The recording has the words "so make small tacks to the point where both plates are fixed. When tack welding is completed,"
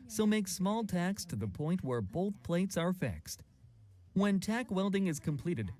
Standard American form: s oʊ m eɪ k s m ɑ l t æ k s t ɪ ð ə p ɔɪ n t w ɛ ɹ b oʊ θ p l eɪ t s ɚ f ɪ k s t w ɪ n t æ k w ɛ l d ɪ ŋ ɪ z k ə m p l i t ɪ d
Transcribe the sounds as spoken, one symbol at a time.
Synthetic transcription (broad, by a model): s oʊ m eɪ k s m ɑ l t æ k s t ɪ ð ə p ɔɪ n t w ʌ ɹ b oʊ θ p l eɪ t s ɚ f ɪ k s t w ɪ n t æ k w ɛ l d ɪ ŋ ɪ z k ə m p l i t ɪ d